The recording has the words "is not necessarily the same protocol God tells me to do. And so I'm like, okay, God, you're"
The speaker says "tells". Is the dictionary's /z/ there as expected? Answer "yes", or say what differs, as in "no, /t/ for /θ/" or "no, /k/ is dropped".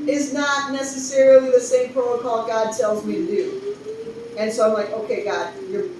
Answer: yes